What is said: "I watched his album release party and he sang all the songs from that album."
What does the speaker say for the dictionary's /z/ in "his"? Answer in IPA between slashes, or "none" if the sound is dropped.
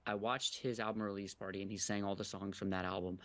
/z/